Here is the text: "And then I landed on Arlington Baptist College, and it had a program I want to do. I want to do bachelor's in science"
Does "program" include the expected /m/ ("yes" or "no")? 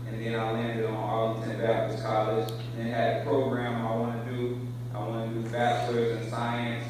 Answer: yes